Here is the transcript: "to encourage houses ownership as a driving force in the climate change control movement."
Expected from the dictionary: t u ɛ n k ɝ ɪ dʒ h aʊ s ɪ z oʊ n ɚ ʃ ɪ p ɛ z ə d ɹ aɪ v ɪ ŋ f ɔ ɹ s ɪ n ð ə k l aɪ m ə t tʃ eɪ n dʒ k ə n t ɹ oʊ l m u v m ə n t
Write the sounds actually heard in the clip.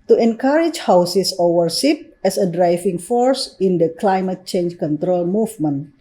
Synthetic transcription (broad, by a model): t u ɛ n k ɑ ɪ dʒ h aʊ s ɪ s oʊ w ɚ s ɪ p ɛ s ə d ɹ aɪ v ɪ ŋ f ɔ ɹ s ɪ n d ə k l aɪ m ə t tʃ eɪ n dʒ k ə n t ɹ oʊ l m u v m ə n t